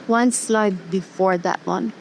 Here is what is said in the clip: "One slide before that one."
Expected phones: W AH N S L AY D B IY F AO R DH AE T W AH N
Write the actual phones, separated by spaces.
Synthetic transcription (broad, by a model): W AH N S L AY D B IY F AO R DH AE T W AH N